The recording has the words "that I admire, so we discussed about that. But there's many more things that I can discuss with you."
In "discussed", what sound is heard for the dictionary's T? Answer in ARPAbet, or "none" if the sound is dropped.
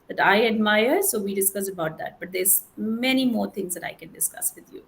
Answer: none